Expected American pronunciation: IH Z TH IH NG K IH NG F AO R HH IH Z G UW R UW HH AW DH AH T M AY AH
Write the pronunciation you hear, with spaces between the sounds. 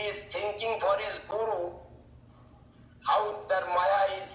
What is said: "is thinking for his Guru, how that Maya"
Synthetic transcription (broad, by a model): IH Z T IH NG K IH NG F AO R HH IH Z G UW R UW HH AW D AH T M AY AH